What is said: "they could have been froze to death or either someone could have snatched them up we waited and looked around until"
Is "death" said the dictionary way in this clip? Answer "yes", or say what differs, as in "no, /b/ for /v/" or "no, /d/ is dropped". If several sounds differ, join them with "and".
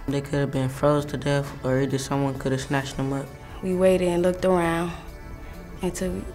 no, /f/ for /θ/